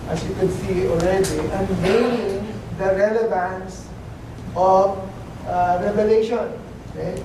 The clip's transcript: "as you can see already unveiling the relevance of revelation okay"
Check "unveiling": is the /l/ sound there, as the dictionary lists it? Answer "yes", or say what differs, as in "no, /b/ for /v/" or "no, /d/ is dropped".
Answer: no, /l/ is dropped